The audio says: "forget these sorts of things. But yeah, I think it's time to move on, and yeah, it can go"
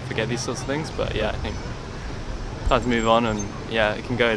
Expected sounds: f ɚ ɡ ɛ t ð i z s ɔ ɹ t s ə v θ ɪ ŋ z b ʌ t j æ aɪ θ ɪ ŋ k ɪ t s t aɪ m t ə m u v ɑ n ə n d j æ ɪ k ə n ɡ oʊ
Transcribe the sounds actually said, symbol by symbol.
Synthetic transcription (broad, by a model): f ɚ ɡ ɛ t ð i z s ɔ t s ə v θ ɪ ŋ z b ʌ t j æ aɪ θ ɪ ŋ k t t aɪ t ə m u v n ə n j æ ɪ k ə n ɡ oʊ